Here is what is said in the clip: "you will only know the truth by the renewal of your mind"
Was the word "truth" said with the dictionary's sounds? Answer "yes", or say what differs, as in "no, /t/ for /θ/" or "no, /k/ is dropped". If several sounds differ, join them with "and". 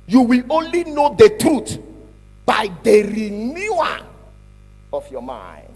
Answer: no, /t/ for /θ/